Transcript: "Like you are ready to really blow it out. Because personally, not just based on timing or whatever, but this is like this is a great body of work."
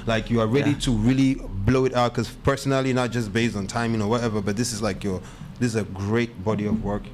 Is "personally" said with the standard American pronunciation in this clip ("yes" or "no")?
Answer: yes